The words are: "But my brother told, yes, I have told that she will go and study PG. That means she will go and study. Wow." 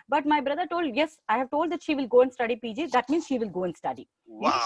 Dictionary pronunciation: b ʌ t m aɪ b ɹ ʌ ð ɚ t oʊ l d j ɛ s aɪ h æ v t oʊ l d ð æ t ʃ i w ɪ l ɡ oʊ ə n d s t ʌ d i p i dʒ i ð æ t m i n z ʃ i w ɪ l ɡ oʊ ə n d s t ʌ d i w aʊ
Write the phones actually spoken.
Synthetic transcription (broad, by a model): b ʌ t m aɪ b ɹ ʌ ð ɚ t oʊ l d j ɛ s aɪ h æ v t oʊ l d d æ t ʃ i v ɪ l ɡ oʊ ə n d s t ʌ d i p i dʒ i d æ t m i n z ʃ i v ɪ l ɡ oʊ ə n d s t ʌ d i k